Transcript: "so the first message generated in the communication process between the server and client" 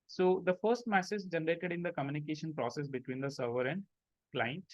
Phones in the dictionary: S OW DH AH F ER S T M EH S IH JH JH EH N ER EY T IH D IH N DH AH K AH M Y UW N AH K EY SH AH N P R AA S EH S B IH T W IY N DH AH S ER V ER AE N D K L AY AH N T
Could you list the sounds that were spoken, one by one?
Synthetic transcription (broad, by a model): S OW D AH F ER S T M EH S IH Z JH EH N ER EY T IH D IH N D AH K AH M Y UW N AH K EY SH AH N P R AA S EH S B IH T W IY N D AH S ER V ER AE N D K L AY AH N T